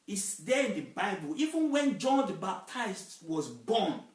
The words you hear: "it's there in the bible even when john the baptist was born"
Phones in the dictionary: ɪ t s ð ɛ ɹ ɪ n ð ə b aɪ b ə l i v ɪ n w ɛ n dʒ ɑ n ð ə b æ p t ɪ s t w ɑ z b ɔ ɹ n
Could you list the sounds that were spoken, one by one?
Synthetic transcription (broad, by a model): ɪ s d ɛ ɪ n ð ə b aɪ b ə l i v ɪ n w ɛ n dʒ ɑ n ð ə b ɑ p t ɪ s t w ɑ z b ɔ n